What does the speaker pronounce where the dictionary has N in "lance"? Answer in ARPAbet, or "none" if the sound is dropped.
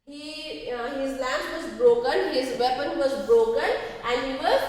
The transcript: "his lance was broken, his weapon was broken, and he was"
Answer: none